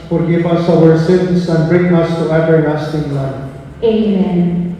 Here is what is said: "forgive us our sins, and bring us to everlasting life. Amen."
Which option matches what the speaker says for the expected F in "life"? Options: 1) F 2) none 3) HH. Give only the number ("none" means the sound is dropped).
2